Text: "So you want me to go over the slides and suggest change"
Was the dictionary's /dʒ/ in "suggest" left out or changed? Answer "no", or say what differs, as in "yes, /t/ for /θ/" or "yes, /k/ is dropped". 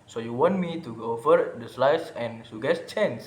yes, /dʒ/ is dropped